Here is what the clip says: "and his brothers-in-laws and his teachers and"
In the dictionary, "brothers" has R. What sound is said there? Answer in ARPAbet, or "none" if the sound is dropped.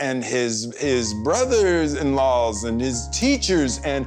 R